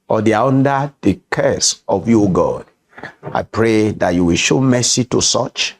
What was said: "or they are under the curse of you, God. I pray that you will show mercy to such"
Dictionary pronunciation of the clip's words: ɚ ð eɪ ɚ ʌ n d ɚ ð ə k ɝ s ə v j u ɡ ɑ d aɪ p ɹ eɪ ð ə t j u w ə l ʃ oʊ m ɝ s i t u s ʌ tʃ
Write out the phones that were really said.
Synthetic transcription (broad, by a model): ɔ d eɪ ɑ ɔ n d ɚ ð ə k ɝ s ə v j u ɡ ɑ d aɪ p ɹ eɪ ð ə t j u w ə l ʃ oʊ m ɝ s i t u s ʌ tʃ